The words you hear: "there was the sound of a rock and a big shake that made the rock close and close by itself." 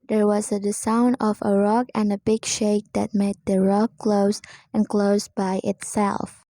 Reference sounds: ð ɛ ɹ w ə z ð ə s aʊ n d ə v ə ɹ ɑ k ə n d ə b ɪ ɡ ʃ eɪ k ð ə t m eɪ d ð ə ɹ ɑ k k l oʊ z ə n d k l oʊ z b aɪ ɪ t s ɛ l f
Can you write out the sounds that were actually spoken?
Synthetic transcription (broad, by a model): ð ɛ ɹ w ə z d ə s aʊ n d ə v ə ɹ ɑ k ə n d ə b ɪ ɡ ʃ eɪ k ð ə t m eɪ d ð ə ɹ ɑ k k l oʊ z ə n k l oʊ z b aɪ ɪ t s ɛ l f